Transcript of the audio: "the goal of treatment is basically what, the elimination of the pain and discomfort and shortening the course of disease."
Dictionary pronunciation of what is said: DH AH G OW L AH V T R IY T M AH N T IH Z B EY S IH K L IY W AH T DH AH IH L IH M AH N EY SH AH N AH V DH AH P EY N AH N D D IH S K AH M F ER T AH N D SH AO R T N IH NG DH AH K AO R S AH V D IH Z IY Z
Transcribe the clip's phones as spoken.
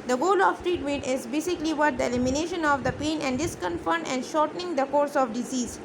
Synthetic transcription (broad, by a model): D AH G OW L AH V T R IY T M AH N T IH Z B EY S IH K L IY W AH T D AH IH L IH M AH N EY SH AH N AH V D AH P EY N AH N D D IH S K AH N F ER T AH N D SH AO R T N IH NG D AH K AO R S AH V D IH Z IY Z